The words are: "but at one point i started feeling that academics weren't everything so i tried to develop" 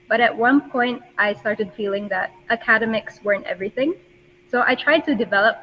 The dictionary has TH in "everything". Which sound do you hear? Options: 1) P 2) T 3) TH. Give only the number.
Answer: 3